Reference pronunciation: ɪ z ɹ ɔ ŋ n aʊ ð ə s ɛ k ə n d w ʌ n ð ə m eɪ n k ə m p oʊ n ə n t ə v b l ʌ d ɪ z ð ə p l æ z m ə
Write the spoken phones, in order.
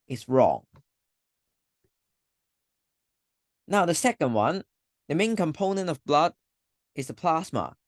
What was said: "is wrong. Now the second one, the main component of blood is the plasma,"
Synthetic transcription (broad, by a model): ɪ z ɹ ɔ ŋ n aʊ ð ə s ɛ k ə n d w ʌ n ð ə m eɪ n k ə m p oʊ n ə n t ə v b l ʌ d ɪ z ð ə p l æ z m ə